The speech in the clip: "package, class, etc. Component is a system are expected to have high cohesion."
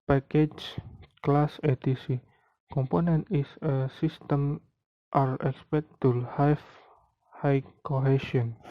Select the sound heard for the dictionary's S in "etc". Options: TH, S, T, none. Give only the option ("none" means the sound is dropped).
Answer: none